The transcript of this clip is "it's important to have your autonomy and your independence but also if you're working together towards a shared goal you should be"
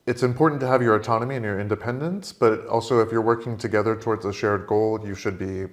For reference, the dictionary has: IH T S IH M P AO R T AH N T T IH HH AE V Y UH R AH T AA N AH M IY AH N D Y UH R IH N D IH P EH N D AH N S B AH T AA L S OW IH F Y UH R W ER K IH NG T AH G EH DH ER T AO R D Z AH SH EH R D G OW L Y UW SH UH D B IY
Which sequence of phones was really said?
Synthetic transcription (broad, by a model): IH T S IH M P AO R T N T T IH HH V Y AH R AH T AA N AH M IY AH N Y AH R IH N D IH P EH N D AH N S B AH T AA L S OW IH F Y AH R W ER K IH NG T AH G EH DH ER T AO R D Z AH SH EH R D G OW L Y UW SH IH D B IY